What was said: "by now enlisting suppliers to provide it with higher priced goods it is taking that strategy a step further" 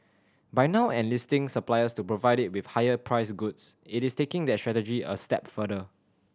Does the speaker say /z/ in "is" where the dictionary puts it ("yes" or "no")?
no